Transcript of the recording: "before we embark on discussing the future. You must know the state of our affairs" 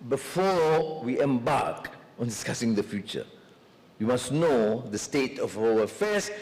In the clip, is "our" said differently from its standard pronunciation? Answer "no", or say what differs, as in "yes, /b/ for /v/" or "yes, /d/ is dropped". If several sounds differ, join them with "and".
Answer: yes, /l/ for /ɹ/